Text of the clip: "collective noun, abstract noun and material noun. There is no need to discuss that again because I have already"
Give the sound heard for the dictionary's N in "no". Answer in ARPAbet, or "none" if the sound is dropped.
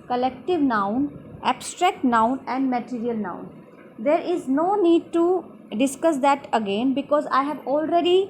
N